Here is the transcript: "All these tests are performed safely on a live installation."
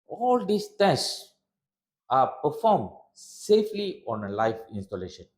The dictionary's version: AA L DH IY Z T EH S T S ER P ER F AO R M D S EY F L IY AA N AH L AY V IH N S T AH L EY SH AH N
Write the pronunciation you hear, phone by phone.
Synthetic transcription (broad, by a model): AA L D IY S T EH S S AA P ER F AO M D S EY F L IY AA N AH L AY F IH N S T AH L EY SH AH N